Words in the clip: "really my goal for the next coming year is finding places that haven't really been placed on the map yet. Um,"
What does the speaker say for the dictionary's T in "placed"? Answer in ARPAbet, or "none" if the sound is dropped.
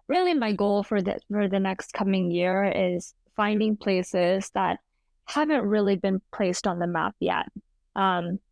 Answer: T